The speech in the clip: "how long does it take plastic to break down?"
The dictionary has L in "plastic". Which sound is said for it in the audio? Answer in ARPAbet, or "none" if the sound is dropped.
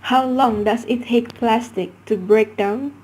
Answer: L